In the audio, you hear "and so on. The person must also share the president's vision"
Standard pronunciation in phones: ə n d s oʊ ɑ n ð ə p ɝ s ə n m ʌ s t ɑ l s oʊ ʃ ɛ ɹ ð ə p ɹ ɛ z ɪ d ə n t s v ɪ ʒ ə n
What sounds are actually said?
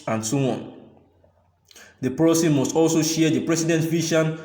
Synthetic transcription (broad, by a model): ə n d s oʊ ɑ n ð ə p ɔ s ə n m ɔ s t ɑ l s oʊ ʃ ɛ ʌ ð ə p ɹ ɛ s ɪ d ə n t v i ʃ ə n